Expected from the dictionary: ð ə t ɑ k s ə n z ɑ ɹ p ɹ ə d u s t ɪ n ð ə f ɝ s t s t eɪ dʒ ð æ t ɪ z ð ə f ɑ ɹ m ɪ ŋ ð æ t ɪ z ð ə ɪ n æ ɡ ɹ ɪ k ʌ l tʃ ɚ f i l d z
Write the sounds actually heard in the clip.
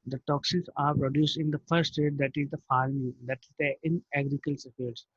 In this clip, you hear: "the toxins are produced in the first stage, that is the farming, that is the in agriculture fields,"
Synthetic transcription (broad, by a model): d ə t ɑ k s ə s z ɑ ɹ p ɹ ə d u s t ɪ n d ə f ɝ t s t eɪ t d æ t ɪ z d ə f ɑ ɹ m ɪ ŋ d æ t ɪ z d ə ɪ n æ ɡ ɹ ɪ k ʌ l s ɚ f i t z